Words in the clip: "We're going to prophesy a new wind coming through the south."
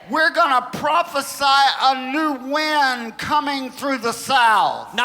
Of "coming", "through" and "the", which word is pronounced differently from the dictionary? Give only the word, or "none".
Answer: none